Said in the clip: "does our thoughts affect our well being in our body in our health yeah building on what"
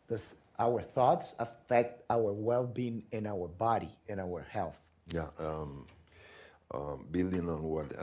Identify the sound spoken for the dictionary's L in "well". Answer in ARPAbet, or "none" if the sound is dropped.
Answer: L